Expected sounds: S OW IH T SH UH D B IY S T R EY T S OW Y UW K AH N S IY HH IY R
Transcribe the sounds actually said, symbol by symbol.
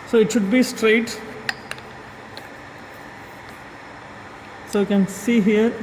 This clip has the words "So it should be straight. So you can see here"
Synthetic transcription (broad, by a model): S OW IH T SH UH D B IY S T R EY T S OW Y UW K AH N S IY HH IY R